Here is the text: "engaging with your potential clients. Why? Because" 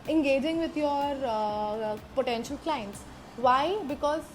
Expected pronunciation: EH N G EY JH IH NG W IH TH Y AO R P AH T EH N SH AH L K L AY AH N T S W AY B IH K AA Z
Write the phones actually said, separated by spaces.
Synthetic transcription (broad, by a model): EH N G EY JH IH NG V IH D Y AO R P AH T EH N SH AH L K L AY AH N T S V AY B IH K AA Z